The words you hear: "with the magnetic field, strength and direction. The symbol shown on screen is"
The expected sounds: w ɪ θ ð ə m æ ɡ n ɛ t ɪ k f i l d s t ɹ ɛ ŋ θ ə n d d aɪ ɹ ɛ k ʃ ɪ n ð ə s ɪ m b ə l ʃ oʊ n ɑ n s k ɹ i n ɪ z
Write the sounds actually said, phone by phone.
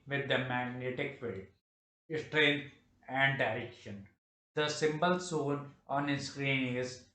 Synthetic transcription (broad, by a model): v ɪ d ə m æ ɡ n ɛ t ɪ k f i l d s t ɹ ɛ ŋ t ə n d d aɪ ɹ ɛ k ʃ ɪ n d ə s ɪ m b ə l s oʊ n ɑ n s k ɹ i n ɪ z